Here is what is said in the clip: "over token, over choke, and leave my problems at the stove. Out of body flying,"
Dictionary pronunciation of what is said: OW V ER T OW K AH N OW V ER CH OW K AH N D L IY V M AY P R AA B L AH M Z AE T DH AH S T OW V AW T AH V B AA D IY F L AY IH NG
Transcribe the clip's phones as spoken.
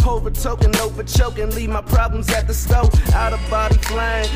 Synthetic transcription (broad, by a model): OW V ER T OW K AH N OW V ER CH OW K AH N L IY V M AY P R AA B L AH M Z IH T DH AH S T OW AW T AH V B AA D IY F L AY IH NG